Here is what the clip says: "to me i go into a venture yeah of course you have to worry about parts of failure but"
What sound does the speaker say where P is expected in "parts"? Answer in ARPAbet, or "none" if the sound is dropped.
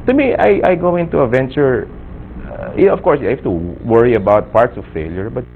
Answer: P